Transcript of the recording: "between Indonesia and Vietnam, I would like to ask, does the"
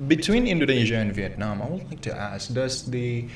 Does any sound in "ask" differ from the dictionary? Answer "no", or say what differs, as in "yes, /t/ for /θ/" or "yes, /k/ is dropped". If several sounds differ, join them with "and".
no